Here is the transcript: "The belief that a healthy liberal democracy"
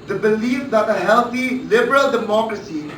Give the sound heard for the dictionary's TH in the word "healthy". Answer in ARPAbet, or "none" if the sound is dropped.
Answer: T